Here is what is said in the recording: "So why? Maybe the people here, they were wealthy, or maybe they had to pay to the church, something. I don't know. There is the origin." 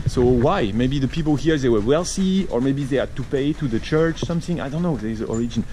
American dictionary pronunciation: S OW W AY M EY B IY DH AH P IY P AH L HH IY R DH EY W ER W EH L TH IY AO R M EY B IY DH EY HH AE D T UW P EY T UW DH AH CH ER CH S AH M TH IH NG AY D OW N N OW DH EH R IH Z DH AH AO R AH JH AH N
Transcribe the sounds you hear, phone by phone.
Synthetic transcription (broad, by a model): S OW W AY M EY B IY DH AH P IY P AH L HH IY R DH EY W ER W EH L S IY AO R M EY B IY DH EY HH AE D T UW P EY T UW DH AH CH ER CH S AH M TH IH NG AY D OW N N OW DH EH IH Z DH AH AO R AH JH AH N